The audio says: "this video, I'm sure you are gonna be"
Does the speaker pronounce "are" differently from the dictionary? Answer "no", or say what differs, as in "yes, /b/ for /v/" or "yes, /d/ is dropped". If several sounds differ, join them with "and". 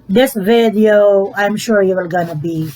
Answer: yes, /l/ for /ɹ/